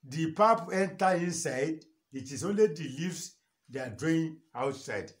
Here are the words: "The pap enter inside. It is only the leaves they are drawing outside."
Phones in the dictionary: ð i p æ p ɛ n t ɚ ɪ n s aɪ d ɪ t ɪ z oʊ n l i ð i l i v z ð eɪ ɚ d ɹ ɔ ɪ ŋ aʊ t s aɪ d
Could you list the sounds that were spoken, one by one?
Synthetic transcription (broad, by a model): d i p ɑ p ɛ n t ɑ ɪ n s aɪ d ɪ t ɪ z oʊ n l i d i l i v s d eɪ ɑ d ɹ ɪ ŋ aʊ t s aɪ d